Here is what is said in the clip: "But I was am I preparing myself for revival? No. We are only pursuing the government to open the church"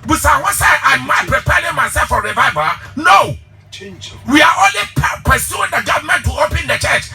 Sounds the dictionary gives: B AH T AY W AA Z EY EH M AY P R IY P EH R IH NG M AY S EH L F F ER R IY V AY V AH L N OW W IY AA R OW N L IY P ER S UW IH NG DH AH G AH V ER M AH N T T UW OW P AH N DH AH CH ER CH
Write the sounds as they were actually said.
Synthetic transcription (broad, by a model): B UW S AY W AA S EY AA M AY P R IY P EH R IH NG M AY S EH L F F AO R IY V AY V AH N OW W IY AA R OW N L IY P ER S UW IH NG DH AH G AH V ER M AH N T T UW OW P AH N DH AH CH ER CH